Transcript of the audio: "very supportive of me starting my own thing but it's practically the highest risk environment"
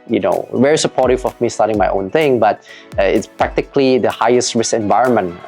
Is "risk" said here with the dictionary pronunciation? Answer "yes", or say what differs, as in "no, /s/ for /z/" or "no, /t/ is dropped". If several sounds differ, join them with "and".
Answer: no, /k/ is dropped